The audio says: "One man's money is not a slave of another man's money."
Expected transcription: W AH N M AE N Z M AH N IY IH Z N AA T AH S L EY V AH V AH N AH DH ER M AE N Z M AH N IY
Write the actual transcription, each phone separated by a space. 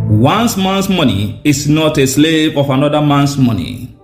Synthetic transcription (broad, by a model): W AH N M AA N S M AH N IY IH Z N AA T AH S L EY V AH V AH N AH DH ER M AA N S M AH N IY